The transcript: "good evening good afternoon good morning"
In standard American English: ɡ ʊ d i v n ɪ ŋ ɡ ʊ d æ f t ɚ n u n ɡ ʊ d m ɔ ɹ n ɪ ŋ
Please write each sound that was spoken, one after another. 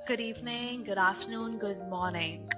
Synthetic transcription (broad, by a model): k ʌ d i b n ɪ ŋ ɡ ʊ d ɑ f n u n ɡ ʊ d m ɔ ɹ n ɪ ŋ